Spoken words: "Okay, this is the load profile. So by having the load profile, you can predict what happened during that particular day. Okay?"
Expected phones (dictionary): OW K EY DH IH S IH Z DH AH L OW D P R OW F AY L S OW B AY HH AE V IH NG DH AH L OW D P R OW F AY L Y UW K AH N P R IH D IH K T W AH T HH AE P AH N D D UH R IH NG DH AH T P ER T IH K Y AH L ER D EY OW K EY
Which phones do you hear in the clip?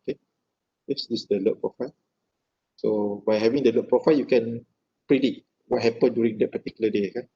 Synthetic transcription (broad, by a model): K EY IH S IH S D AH L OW P R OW F AY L S OW B AY HH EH V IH NG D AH L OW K P R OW F AY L Y UW K AH N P R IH D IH T W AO T HH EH P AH N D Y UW R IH NG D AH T P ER T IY K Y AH L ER D EY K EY